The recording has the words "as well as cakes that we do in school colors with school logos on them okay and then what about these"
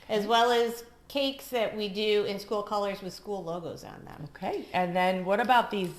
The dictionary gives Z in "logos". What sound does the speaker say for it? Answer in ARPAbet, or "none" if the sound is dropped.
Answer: Z